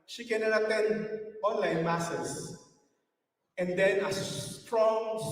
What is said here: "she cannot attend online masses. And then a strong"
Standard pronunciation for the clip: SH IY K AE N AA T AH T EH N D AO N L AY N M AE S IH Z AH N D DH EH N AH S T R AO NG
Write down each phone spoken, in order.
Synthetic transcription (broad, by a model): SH IY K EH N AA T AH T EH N AO N L AY N M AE S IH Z AH N D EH N AH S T R AO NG